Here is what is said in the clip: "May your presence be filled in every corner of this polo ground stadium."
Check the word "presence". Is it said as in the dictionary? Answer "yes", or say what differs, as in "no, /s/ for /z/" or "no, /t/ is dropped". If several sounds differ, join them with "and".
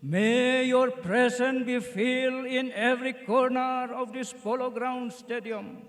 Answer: no, /s/ is dropped